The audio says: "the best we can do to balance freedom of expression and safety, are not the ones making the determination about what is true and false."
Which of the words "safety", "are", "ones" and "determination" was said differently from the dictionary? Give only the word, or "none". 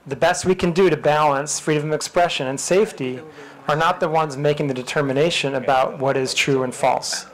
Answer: none